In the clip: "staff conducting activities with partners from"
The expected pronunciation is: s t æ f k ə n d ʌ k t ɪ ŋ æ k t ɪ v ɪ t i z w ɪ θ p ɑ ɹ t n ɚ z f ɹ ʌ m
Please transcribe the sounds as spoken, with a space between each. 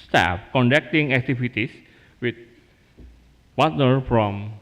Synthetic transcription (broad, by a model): s t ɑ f k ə n d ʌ k t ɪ ŋ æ k t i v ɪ t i s w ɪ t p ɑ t n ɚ f ɹ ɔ m